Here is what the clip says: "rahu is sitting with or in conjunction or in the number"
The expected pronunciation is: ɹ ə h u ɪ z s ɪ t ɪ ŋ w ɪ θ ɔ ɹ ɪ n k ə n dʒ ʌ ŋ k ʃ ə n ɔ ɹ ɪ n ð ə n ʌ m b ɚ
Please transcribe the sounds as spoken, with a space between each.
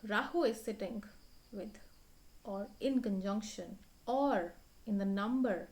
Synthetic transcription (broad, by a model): ɹ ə h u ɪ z s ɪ t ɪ ŋ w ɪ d ɔ ɹ ɪ n k ə n dʒ ʌ ŋ k ʃ ə n ɔ ɹ ɪ n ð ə n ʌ m b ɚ